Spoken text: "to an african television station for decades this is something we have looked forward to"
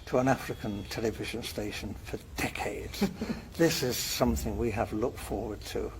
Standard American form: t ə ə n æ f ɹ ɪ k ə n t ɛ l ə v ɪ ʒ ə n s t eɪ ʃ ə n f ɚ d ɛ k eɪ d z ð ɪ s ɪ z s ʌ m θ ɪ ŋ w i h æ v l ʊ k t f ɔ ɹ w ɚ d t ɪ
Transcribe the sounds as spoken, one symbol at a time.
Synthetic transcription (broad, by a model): t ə ə n æ f ɹ ɪ k ə n t ɛ l ə v ɪ ʒ ə n s t eɪ ʃ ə n f ɚ d ɛ k eɪ d z ð ɪ s ɪ z s ʌ m θ ɪ ŋ w i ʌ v l ʊ k t f ɔ ɹ w ɚ d t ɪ